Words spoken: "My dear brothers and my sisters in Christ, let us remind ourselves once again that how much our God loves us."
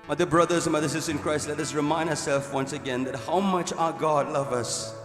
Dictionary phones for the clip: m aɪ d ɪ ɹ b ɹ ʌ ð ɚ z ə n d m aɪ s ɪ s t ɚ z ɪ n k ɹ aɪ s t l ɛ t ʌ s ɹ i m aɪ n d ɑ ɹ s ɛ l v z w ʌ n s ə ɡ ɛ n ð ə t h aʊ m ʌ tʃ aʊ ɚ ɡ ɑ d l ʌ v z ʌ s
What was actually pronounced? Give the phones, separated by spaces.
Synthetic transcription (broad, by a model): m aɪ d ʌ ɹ b ɹ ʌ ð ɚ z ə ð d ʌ s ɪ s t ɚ ɪ n k ɹ aɪ s t l ɛ t ʌ s ɹ i m aɪ n d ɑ s ɛ l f w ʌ n s ə ɡ ɛ n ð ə t h aʊ m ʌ tʃ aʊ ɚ ɡ ɑ d l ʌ v ʌ s